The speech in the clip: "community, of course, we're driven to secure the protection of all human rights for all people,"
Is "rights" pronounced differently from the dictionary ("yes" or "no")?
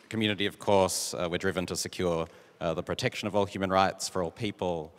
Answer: no